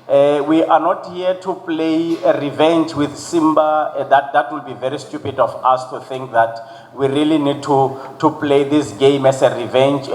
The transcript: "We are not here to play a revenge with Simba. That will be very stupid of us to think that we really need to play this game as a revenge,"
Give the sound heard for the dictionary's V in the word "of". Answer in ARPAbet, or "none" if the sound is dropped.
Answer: F